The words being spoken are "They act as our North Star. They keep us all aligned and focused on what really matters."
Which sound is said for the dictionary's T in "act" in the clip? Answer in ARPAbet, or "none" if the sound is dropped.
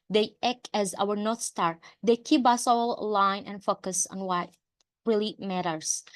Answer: none